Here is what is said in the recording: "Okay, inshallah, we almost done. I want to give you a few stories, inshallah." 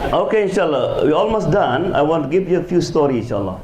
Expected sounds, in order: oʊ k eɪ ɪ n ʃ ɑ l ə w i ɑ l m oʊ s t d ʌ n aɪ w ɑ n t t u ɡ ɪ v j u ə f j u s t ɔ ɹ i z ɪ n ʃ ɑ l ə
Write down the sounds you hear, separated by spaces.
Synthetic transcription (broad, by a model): oʊ k eɪ ɪ n ʃ ɑ l ə w i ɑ l m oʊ s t d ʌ n aɪ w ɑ n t t u ɡ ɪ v j u ə f j u s t ɔ ɹ i ɪ n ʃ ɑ l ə